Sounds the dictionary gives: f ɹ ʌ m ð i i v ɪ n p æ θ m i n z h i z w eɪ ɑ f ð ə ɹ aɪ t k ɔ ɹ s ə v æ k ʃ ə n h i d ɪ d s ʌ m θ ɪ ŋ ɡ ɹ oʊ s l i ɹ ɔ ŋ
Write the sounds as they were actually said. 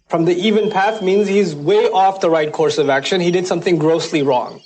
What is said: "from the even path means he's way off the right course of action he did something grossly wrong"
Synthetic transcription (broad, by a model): f ɹ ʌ m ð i i v ɪ n p æ θ m i n z h i z w eɪ ɑ f ð ə ɹ aɪ t k ɔ ɹ s ə v æ k ʃ ə n h i d ɪ d s ʌ m θ ɪ ŋ ɡ ɹ oʊ s l i ɹ ɔ ŋ